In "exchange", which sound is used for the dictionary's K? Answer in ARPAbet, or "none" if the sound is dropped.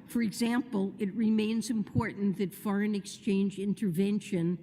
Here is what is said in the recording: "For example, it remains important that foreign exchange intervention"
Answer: K